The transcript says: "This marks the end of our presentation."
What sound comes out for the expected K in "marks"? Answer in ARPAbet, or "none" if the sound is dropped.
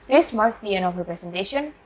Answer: none